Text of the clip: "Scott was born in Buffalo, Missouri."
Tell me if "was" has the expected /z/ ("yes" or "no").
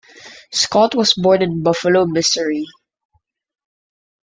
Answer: no